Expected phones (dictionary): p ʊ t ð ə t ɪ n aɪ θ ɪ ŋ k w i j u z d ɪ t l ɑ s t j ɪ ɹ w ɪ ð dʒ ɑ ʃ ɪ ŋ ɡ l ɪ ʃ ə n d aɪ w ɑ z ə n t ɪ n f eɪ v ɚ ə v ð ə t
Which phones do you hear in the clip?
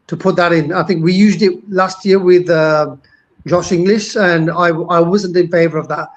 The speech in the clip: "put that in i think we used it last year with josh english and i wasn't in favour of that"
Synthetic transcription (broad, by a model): p ʊ t ð ə t ɪ n aɪ θ ɪ ŋ k w i j u z d ɪ t l ɑ s t j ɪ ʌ w ɪ ð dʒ ɑ ʃ ɪ ŋ ɡ l ɪ ʃ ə n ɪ aɪ w ɑ z ə n t ɪ n f eɪ v ɚ ə v ð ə t